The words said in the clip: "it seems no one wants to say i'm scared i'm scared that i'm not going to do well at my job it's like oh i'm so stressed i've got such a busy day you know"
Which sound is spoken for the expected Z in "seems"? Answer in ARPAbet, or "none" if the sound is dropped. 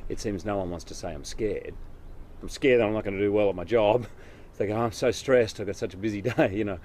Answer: Z